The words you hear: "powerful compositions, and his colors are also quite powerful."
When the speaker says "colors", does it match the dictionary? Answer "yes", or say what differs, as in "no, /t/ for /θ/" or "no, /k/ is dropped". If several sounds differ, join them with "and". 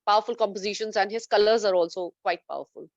yes